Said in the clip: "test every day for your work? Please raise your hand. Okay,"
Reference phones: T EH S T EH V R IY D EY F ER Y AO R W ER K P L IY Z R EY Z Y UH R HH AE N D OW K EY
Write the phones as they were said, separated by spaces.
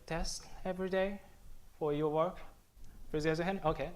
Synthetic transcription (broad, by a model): T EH S T EH V R IY D EY F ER Y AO W ER K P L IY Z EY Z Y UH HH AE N OW K EY